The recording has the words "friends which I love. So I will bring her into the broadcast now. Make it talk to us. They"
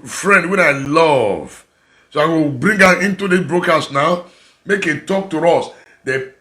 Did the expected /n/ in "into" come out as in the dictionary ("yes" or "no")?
yes